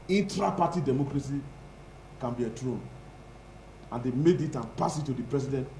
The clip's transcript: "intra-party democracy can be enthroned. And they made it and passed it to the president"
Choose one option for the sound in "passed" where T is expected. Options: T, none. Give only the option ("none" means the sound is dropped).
none